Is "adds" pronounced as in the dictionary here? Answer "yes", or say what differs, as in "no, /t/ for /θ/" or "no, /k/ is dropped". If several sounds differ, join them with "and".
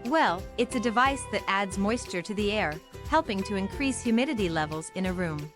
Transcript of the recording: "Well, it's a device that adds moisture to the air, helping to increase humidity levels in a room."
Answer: yes